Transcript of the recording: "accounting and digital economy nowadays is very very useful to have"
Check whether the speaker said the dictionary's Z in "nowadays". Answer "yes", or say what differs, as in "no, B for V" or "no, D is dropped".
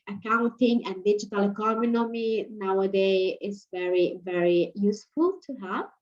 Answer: no, Z is dropped